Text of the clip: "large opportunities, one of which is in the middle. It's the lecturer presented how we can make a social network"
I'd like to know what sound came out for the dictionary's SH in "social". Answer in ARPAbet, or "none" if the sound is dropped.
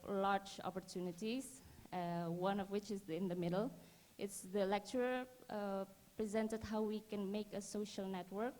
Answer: SH